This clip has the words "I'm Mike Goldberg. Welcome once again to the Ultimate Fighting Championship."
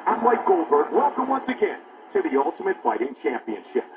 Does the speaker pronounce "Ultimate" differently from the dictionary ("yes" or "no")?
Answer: no